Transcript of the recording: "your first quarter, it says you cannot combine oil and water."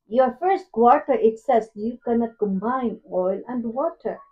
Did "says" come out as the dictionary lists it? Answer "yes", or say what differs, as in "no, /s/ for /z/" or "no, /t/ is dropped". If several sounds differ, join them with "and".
no, /s/ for /z/